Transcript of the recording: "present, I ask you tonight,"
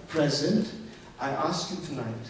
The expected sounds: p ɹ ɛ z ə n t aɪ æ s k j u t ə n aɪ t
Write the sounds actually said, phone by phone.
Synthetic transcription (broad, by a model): p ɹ ɛ z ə n t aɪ æ s k j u t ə n aɪ t